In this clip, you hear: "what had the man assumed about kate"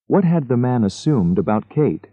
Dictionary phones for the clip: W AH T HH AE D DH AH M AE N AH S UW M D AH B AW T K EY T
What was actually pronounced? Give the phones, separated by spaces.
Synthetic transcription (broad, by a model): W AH T HH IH D DH AH M AE N AH S UW M D AH B AW T K EY T